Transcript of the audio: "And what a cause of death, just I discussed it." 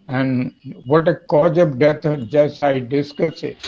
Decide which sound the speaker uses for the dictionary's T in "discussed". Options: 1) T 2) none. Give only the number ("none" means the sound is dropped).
2